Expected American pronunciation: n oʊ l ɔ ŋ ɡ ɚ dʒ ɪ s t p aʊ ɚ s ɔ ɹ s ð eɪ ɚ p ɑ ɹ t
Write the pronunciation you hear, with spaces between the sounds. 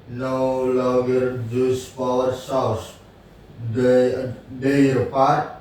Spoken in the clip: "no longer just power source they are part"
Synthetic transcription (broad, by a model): n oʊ l ɔ ŋ ɡ ɚ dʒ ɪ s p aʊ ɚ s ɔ w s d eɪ ɚ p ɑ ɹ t